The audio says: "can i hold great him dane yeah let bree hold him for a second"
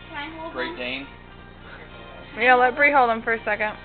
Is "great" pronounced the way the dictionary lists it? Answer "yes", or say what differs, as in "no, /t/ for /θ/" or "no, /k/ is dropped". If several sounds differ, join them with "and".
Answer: no, /t/ is dropped